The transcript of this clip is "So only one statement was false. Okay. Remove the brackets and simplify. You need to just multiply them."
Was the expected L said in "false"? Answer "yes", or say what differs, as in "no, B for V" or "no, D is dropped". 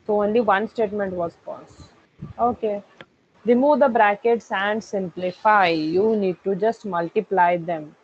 no, L is dropped